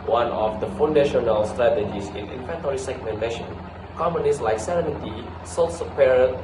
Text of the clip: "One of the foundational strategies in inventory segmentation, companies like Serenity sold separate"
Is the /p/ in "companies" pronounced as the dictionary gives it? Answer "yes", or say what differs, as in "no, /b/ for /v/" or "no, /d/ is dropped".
no, /p/ is dropped